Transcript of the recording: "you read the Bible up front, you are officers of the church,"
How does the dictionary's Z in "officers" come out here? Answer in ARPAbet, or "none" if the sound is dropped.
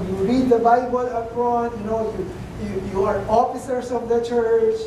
S